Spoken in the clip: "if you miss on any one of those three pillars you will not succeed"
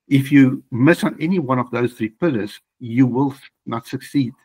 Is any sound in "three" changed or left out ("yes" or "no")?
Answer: no